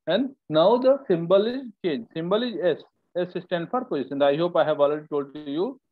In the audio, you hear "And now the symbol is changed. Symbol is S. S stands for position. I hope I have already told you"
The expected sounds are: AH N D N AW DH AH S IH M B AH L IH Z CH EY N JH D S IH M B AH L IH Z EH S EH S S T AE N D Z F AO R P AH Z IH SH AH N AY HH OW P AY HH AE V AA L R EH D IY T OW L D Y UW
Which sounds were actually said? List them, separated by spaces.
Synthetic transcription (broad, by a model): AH N D N AW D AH S IH M B AH L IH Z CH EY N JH S IH M B AH L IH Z EH S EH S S T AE N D F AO R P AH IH S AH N AY HH OW P AY HH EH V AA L EH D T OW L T Y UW